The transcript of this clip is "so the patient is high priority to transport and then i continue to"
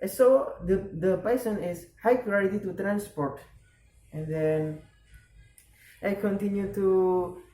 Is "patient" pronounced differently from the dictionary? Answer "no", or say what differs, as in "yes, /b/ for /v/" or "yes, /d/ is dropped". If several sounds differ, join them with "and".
yes, /s/ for /ʃ/ and /t/ is dropped